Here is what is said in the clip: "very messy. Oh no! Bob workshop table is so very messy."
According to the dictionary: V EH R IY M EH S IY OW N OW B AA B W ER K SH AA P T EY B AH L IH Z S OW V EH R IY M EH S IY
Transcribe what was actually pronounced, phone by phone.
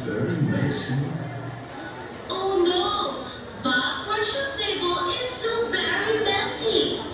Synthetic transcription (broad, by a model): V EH R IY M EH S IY OW N OW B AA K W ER SH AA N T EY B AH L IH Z S OW V EH R IY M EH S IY